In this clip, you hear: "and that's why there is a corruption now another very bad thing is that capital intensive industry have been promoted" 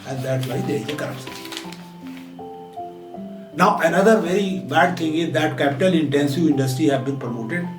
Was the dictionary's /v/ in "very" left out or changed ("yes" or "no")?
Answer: no